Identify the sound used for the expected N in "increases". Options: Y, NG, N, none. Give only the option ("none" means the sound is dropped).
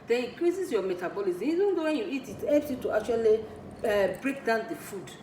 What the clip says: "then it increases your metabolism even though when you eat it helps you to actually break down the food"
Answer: none